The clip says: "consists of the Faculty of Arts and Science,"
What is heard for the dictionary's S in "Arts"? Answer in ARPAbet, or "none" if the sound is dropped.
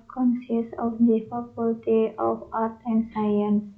none